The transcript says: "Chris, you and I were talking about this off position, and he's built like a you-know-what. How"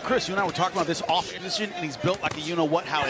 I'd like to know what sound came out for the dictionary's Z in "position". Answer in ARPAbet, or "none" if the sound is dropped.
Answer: Z